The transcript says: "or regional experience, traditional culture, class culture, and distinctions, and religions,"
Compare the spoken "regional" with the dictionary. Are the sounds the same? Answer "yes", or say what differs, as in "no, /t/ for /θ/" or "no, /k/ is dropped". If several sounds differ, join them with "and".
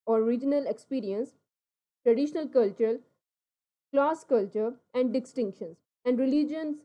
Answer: yes